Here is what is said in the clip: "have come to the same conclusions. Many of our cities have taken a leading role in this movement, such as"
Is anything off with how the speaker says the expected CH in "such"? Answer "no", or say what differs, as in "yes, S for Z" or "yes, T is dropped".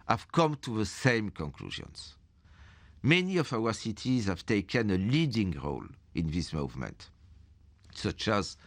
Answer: no